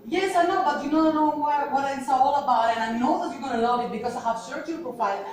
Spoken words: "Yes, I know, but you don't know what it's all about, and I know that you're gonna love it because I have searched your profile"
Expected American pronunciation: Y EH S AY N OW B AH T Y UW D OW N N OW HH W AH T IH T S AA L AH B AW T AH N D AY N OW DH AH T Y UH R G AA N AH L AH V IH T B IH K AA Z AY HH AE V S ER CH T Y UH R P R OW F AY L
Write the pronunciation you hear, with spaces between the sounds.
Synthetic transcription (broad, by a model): Y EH S AY N OW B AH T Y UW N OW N N OW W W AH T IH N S AA L AH B AW T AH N AY N OW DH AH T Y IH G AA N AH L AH IH T B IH K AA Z AY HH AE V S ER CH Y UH L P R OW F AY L